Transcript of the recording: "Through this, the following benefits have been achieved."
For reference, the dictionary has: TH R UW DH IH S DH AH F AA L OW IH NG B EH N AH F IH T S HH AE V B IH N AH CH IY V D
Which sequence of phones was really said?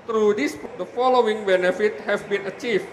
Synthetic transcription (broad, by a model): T R UW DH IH S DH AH F AA L OW IH NG B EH N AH F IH T HH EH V B IH N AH CH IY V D